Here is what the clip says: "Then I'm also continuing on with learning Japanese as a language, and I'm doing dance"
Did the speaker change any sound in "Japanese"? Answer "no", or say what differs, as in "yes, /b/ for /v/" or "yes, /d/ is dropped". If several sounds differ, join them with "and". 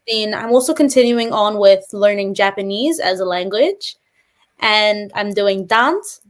no